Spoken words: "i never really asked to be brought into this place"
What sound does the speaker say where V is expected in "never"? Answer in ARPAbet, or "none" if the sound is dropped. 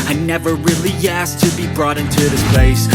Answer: V